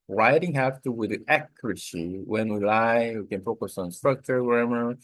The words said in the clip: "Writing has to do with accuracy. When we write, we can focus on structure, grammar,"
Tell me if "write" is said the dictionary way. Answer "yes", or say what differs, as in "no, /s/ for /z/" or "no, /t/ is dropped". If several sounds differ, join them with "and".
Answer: no, /l/ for /ɹ/